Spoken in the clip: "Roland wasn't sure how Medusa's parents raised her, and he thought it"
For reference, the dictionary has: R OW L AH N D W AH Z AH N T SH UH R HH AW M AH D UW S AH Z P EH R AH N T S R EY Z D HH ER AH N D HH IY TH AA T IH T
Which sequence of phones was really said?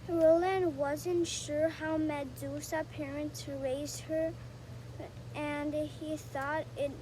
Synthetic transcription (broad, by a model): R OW L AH N W AH Z AH N T SH UH R HH AW M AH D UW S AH P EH R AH N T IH R EY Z HH ER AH N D HH IY TH AA T IH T